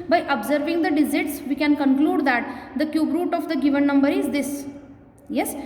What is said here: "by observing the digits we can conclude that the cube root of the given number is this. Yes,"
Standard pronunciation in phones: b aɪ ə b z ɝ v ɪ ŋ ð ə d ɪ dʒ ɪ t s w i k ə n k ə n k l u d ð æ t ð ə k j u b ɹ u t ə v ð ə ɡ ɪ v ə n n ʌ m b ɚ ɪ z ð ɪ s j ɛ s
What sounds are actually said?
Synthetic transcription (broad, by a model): b aɪ ə b z ɝ v ɪ ŋ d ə d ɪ z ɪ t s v i k ə n k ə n k l u d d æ t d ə k j u b ɹ u t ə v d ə ɡ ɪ v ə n n ʌ m b ɚ ɪ z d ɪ s j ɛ s